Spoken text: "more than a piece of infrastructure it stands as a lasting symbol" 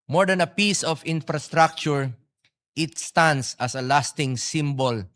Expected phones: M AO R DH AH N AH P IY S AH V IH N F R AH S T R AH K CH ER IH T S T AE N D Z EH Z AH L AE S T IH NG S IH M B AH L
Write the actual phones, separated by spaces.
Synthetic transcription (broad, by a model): M AO R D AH N AH P IY S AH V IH N F R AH S T R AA K CH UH IH T S T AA N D S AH S AH L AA S T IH NG S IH M B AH L